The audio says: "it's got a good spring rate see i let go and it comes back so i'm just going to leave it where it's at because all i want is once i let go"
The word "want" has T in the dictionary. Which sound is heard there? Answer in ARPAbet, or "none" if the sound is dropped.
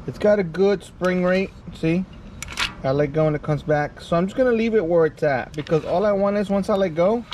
none